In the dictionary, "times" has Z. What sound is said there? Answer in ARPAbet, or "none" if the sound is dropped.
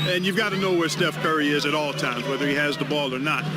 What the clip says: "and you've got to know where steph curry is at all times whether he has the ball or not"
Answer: Z